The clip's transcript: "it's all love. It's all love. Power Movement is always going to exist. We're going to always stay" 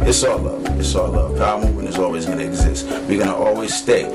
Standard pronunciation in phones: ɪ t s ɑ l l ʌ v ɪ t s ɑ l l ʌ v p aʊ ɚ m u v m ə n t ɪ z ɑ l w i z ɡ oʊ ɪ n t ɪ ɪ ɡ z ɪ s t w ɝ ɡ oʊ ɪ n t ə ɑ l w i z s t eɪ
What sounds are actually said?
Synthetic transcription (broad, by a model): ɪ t s ɑ l l ʌ v ɪ t s ɑ l l ʌ v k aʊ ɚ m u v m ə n ɪ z ɑ l w i z ɡ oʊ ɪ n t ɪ ɪ ɡ z ɪ s t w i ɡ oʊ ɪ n t ɑ l w i z s t eɪ